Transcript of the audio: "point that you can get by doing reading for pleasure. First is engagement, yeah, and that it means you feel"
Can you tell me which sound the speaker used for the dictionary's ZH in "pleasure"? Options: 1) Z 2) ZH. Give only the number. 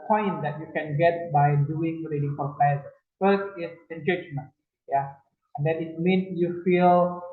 1